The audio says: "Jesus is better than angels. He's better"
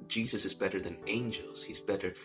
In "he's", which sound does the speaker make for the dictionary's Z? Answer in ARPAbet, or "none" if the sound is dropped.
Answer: Z